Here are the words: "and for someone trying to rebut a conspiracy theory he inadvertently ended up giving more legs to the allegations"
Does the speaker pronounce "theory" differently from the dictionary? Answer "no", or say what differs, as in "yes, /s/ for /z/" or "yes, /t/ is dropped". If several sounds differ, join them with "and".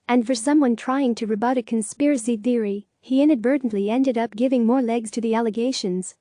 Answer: no